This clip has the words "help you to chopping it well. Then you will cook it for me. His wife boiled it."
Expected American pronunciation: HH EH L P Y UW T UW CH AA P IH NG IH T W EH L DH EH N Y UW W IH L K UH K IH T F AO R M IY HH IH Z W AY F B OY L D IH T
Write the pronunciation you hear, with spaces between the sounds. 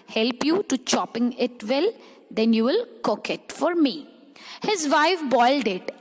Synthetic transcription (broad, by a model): HH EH L P Y UW T UW CH AA P IH NG IH T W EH L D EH N Y UW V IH L K UH K IH T F AO R M IY HH IH Z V AY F B OY L D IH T